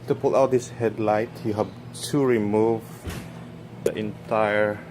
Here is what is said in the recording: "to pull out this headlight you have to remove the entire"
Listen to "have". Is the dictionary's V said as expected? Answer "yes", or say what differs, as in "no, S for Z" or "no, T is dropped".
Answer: no, B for V